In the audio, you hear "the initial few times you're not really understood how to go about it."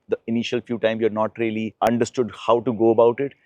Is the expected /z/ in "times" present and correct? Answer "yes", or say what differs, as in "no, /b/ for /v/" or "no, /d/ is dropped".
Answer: no, /z/ is dropped